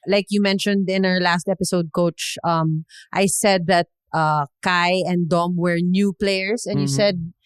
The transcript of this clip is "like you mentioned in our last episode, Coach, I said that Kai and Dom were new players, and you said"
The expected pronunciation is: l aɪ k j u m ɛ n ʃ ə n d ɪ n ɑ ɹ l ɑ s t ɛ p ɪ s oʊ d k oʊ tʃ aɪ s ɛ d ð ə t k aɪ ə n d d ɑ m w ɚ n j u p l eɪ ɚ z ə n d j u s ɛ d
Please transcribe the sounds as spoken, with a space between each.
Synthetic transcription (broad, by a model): l aɪ k j u m ɛ n ʃ ə n d ɪ n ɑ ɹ l ɑ s t ɛ p ɪ s oʊ d k oʊ tʃ aɪ s ɛ d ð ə t k aɪ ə n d d ɑ m w ɚ n j u p l eɪ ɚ s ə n j u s ɛ d